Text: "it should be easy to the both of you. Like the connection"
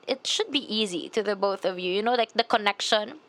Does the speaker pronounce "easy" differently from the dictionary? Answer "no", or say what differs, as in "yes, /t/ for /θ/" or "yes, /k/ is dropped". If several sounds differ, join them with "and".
no